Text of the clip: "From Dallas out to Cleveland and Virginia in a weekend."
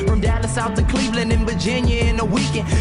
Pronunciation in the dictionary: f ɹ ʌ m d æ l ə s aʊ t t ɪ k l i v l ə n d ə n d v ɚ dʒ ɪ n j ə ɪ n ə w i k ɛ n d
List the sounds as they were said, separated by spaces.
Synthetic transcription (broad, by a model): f ɹ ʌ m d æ n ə s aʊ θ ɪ k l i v l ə n d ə n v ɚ dʒ ɪ n j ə ɪ n ə w i k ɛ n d